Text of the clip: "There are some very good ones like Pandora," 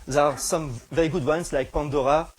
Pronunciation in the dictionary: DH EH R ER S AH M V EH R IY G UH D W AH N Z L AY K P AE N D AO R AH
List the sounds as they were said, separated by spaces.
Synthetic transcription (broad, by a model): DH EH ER S AH M V EH R IY G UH D W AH N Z L AY K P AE N D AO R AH